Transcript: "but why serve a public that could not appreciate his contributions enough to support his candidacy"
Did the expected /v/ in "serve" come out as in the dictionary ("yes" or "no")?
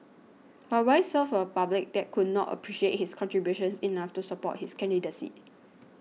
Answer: no